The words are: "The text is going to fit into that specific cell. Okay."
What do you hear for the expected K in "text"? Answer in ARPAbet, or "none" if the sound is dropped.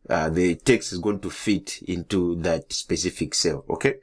K